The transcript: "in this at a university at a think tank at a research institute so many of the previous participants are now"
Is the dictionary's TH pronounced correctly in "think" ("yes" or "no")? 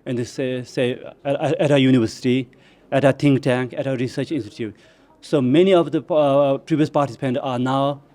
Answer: no